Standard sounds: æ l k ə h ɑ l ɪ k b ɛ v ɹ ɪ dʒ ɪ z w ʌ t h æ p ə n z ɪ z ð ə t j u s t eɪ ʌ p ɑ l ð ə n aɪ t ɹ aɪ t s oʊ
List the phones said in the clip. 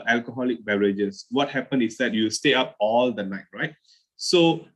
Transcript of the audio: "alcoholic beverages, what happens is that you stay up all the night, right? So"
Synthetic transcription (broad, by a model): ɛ l k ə h ɑ l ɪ k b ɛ ɹ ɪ dʒ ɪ s w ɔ t h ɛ p ə n ɪ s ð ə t j u s t eɪ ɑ p ɑ l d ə n aɪ t ɹ aɪ t s oʊ